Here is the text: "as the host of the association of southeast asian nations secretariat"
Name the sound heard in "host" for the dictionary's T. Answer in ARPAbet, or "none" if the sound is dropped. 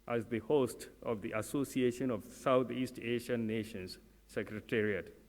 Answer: T